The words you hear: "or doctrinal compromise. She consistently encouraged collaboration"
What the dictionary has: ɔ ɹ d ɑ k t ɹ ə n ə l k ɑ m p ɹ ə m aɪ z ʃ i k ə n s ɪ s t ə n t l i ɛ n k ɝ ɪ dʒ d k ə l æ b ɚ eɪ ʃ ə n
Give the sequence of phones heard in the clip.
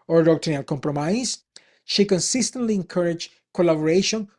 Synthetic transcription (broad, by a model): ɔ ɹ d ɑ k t ə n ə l k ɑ m p ɹ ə m aɪ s ʃ i k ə n s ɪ s t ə n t l i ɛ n k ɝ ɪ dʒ k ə l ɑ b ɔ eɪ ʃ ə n